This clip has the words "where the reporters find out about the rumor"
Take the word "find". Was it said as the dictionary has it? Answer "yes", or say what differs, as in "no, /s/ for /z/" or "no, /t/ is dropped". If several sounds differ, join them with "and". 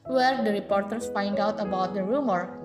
yes